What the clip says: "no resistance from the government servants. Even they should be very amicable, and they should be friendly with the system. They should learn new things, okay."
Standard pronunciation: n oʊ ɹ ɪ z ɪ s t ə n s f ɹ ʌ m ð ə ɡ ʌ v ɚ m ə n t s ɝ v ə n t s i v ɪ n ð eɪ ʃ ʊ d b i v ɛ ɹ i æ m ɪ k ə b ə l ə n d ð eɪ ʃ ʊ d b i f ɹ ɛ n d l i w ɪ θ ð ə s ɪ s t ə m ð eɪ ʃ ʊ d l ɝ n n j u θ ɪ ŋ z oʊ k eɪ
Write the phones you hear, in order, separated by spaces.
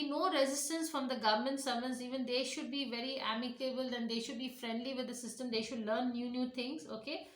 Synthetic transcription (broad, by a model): n oʊ ɹ ɪ z ɪ s t ə n s f ɹ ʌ m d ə ɡ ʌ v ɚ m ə n t s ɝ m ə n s i v ɪ n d eɪ ʃ ʊ d b i v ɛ ɹ i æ m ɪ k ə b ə l ə n d eɪ ʃ ʊ d b i f ɹ ɛ n d l i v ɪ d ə s ɪ s t ə m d eɪ ʃ ʊ d l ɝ n n j u t ɪ ŋ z oʊ k eɪ